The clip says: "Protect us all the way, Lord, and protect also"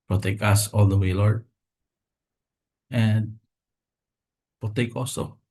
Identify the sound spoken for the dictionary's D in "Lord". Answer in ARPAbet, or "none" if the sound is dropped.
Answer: none